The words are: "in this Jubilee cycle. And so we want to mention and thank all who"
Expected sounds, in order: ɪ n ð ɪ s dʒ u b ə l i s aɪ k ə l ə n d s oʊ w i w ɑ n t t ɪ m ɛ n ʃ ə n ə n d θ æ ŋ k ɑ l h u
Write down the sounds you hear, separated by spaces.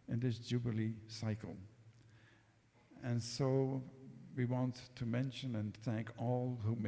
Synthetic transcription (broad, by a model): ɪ n ð ɪ s dʒ u b ə l i s aɪ k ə l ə n s oʊ w i w ɑ n t t ɪ m ɛ n ʃ ə n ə n θ æ ŋ k ɑ l h u